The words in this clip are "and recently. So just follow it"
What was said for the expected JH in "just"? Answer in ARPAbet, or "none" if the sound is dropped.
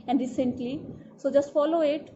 JH